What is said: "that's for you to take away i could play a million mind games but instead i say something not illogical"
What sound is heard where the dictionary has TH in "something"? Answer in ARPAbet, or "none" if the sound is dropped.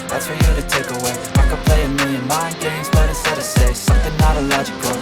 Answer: TH